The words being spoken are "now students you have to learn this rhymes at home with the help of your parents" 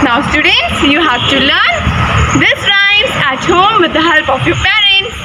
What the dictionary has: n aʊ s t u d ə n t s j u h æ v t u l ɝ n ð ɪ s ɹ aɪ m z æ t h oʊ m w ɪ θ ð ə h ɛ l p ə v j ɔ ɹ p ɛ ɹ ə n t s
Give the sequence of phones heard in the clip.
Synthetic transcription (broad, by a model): n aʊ s t u d ə n t s j u h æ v t u l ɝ n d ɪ s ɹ aɪ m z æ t h oʊ m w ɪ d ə h ɛ l p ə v j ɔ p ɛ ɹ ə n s